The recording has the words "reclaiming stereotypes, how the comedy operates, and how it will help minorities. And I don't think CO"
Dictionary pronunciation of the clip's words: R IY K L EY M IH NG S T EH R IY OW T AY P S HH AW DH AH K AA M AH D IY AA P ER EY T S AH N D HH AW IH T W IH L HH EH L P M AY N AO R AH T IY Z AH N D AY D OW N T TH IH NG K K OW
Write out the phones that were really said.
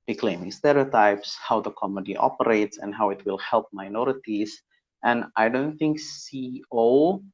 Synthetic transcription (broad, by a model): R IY K L EY M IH NG S T EH R IY OW T AY P S HH AW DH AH K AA M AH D IY AA P ER EY T S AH N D HH AW IH T W IH L HH EH L P M AY N AO R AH T IY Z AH N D AY D OW N T TH IH NG K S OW